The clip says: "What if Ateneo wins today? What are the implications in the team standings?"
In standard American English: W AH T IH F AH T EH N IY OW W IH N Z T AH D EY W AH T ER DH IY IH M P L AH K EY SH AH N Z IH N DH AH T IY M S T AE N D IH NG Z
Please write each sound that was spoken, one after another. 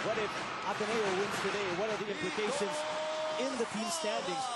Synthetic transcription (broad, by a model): W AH T IH F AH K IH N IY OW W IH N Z T AH D EY W AH T ER DH IY IH M P L AH K EY SH AH N Z IH N DH AH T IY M S T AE N D IH NG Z